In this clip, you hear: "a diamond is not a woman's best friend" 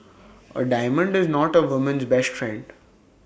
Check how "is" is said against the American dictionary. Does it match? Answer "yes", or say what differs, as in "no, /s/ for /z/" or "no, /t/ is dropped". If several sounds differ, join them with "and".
yes